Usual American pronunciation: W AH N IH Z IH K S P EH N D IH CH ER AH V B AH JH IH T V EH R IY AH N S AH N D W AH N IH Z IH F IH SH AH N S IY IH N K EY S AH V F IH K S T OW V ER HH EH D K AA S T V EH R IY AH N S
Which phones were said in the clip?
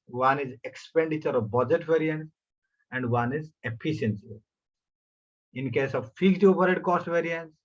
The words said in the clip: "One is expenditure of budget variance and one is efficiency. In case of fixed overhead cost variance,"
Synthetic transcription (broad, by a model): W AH N IH Z IH K S P EH N D IH CH ER AH V B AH JH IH T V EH R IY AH N S AH N D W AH N IH Z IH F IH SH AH N S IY IH N K EY S AH V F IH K T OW P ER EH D K AA S T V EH R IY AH N S